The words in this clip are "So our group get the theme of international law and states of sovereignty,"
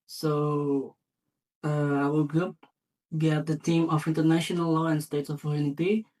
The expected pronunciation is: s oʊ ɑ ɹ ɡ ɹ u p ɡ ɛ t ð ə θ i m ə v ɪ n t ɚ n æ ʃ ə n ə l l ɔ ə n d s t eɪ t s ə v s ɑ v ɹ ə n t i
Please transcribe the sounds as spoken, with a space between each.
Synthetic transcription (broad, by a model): s oʊ ɑ l ɡ ɹ u p ɡ ɛ t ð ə t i m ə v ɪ n t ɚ n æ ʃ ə n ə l l ɔ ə n s t eɪ t s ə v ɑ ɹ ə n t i